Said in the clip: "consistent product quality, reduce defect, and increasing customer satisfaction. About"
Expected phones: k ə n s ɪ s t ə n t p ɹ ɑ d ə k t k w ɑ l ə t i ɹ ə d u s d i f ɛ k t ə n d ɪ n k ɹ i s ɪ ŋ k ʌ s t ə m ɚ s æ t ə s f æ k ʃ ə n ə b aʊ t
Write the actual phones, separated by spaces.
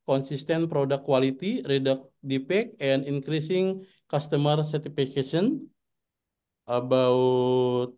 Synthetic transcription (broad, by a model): k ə n s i s t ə n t p ɹ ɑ d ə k k w ɑ l ə t i ɹ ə d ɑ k d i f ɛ k ə n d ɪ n k ɹ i s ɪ ŋ k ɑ s t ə m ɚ s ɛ t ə f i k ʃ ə n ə b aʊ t